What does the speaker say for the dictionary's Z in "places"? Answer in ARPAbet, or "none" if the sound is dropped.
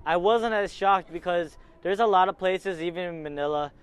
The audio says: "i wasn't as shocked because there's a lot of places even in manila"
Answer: Z